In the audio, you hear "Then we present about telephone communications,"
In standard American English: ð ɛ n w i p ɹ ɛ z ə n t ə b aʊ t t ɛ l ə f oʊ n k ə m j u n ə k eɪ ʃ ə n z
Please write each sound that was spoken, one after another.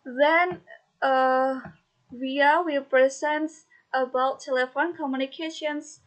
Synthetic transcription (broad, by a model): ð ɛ n w i p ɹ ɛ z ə n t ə b aʊ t t ɛ l ə f oʊ n k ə m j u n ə k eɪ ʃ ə n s